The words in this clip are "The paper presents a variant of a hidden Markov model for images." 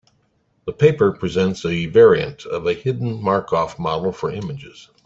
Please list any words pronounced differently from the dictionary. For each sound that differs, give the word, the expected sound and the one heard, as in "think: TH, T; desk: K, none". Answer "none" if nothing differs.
markov: V, F